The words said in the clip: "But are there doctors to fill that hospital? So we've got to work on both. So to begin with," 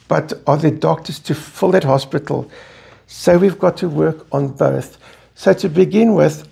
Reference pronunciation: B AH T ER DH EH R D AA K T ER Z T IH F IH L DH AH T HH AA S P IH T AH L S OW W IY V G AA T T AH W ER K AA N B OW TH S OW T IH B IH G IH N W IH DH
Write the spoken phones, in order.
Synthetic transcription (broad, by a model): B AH T ER DH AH D AA K T ER Z T IH F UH L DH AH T HH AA S P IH T L S OW W IY V G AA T T AH W ER K N B OW TH S OW T IH B IH G IH N W IH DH